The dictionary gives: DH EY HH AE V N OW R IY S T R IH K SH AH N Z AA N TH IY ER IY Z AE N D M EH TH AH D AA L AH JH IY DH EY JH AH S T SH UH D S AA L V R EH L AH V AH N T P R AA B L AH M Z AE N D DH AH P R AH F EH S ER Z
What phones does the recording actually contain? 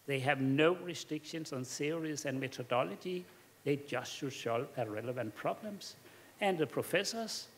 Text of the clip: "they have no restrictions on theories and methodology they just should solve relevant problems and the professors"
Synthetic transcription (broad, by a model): DH EY HH AE V N OW R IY S T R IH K SH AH N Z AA N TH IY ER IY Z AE N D M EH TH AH D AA L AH JH IY DH EY JH AH S T SH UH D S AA L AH R EH L AH V AH N T P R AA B L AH M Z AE N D DH AH P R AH F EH S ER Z